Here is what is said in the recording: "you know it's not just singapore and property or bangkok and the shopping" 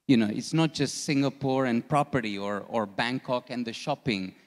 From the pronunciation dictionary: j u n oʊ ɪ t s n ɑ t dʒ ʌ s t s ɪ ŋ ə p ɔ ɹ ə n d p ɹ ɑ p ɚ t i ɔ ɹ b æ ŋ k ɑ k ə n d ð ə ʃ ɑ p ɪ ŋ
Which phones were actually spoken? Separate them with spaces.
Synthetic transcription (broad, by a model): j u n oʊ ɪ t s n ɑ t dʒ ʌ s t s ɪ ŋ ə p ɔ ɹ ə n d p ɹ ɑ p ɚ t i ɔ ɹ b æ ŋ k ɑ k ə n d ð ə ʃ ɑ p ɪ ŋ